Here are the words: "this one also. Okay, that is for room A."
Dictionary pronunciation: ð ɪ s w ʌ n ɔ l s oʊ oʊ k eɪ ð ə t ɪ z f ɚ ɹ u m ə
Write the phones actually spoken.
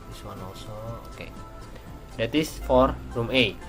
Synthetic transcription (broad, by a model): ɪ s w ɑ n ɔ s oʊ oʊ k eɪ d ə t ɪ s f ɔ ɹ u m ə